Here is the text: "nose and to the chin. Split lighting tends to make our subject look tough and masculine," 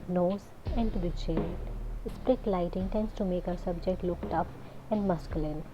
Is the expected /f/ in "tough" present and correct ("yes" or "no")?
no